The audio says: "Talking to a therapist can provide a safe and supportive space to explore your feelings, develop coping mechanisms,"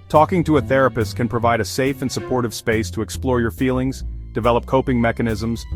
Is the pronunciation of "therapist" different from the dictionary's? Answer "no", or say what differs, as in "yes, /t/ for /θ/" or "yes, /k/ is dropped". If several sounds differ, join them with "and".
no